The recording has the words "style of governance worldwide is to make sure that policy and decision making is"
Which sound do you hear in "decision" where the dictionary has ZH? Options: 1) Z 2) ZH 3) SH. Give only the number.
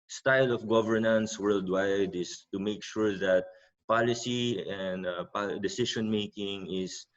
3